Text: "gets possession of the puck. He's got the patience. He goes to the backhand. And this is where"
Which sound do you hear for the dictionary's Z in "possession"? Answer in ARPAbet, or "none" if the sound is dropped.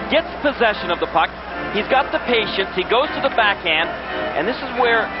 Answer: Z